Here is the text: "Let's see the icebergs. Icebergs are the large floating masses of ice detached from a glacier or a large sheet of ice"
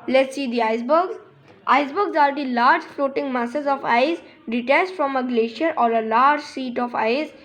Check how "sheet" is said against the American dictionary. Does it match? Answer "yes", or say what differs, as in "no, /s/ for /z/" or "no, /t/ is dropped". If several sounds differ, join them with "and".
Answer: no, /s/ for /ʃ/